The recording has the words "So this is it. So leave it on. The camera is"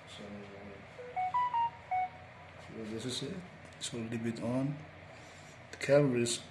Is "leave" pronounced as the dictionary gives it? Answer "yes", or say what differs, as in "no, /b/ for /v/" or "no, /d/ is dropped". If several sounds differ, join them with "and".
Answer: no, /b/ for /v/